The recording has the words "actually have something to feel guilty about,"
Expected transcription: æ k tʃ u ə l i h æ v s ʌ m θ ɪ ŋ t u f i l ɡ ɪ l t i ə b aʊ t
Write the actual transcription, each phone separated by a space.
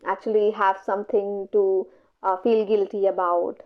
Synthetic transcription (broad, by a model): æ k tʃ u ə l i h æ v s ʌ m t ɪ ŋ t u f i l ɡ ɪ l t i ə b aʊ t